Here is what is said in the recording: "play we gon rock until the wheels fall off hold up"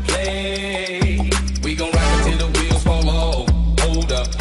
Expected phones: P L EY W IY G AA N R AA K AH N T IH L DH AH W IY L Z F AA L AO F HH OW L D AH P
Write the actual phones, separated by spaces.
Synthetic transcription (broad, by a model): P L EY W IY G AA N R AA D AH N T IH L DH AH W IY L F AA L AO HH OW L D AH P